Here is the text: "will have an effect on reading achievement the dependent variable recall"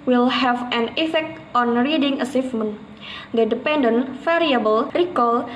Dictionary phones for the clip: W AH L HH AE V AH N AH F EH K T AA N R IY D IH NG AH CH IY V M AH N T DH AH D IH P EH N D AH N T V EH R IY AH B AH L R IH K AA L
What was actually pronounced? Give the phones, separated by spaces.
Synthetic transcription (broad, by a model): W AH L HH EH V AH N AH F EH K T AA N R IY D IH NG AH S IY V M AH N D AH D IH P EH N D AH N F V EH R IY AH B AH L R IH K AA L